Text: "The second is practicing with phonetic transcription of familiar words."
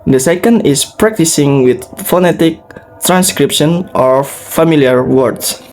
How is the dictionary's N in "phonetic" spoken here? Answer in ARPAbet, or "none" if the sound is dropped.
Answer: N